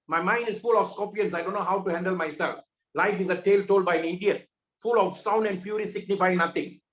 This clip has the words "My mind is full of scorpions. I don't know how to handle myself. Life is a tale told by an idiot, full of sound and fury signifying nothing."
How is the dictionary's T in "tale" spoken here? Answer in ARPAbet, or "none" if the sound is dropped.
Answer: T